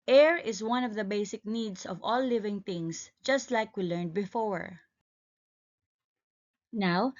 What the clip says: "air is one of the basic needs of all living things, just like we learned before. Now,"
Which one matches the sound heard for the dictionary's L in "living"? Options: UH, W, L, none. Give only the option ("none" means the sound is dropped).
L